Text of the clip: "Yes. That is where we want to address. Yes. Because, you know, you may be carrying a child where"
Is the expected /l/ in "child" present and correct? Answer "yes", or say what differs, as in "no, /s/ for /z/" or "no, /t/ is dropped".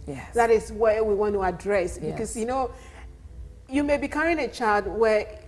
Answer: no, /l/ is dropped